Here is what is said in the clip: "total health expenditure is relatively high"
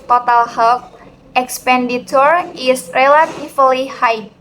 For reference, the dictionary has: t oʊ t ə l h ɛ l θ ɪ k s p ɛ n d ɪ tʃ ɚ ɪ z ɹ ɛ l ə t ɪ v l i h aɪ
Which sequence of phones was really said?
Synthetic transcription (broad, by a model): t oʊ t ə l h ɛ l f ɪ k s p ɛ n d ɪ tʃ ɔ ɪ s ɹ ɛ l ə t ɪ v l i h aɪ